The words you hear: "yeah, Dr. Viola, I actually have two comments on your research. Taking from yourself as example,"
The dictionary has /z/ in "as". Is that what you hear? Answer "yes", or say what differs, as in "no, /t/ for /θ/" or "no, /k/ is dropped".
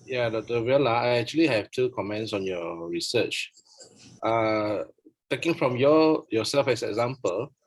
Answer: no, /s/ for /z/